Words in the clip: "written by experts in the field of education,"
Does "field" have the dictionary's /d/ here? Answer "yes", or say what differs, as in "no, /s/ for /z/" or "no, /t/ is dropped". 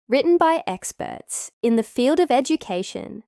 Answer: yes